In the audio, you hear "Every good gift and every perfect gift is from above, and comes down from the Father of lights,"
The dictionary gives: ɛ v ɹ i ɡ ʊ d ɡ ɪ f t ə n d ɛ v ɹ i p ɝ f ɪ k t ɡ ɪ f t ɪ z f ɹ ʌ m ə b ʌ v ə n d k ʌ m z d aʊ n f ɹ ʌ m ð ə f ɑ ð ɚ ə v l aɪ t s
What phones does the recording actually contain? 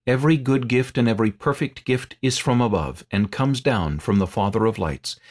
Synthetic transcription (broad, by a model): ɛ v ɹ i ɡ ʊ d ɡ ɪ f t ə n ɛ v ɹ i p ɝ f ɪ k t ɡ ɪ f t ɪ z f ɹ ʌ m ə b ʌ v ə n k ʌ m z d aʊ n f ɹ ʌ m ð ə f ɑ ð ɚ ə v l aɪ t s